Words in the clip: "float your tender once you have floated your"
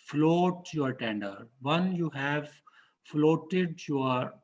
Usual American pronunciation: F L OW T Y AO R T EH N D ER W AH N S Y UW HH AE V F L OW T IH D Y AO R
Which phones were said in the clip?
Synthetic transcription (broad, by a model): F L OW T Y AO R T EH N D ER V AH N Y UW HH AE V F L OW T IH D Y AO R